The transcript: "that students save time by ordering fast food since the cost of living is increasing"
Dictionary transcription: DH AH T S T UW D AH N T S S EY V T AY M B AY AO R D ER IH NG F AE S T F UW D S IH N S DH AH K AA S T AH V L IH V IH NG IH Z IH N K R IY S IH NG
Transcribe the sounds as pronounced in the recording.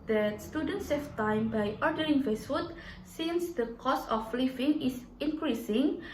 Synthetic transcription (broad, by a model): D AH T S T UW D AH N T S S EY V T AY M B AY AO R D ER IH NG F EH S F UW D S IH N S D AH K AA S AH F L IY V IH NG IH S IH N K R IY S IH NG